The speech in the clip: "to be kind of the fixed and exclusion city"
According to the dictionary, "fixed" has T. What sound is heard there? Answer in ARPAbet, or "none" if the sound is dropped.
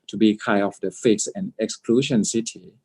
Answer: none